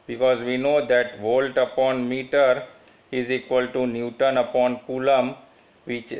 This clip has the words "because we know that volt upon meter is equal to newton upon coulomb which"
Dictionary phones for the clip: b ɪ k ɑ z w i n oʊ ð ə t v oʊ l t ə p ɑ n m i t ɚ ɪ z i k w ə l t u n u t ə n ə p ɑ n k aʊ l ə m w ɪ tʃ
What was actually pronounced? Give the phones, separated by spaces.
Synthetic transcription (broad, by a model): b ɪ k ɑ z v i n oʊ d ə t v oʊ l t ə p ɑ n m i t ɚ ɪ z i k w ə l t u n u t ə n ə p ɑ n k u l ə m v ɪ tʃ